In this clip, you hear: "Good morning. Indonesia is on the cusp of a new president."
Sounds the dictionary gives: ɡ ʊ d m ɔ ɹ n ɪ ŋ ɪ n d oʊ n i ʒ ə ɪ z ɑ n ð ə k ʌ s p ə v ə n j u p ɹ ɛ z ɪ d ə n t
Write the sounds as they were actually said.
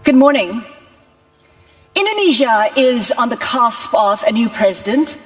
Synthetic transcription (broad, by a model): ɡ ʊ d m ɔ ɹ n ɪ ŋ ɪ n d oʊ n i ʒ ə ɪ z n ð ə k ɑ s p ə v ə n j u p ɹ ɛ z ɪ d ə n t